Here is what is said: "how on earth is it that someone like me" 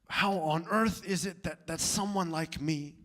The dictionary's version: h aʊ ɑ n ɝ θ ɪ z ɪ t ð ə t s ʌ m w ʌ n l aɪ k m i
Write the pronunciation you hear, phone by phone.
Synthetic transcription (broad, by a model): h aʊ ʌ n ɝ θ ɪ z ɪ t ð ə t s ʌ m w ʌ n l aɪ k m i